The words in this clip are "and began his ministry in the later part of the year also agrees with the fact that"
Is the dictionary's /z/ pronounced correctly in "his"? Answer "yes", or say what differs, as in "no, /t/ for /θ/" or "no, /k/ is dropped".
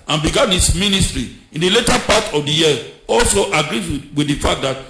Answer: no, /s/ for /z/